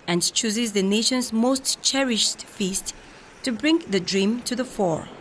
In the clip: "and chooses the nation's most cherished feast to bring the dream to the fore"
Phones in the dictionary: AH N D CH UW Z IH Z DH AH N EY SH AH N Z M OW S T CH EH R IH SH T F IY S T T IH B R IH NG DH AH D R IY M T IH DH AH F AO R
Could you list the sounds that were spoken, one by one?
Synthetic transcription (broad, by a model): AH N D CH UW Z IH Z DH AH N EY SH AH N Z M OW S T CH EH R IH SH T F IY S T T IH B R IH NG DH AH D R IY M T IH DH AH F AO R